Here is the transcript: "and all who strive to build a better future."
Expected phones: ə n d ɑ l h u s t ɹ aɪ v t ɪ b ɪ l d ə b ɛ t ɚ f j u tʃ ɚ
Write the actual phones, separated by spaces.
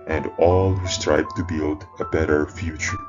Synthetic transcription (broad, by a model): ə n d ɑ l h u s t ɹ aɪ b t ɪ b ɪ l d ə b ɛ t ɚ f j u tʃ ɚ